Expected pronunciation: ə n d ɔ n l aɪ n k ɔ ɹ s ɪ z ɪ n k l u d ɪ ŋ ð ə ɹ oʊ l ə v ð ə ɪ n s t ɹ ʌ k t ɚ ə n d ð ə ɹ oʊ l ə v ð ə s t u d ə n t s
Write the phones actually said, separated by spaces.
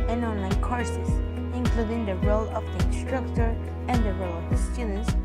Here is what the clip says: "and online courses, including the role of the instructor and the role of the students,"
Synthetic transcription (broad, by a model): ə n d ɔ n l aɪ n k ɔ ɹ s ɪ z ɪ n k l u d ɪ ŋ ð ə ɹ oʊ l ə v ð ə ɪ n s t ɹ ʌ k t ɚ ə n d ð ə ɹ oʊ l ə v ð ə s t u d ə n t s